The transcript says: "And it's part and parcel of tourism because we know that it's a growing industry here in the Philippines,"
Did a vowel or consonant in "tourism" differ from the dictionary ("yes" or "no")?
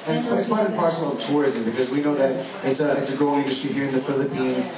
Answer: no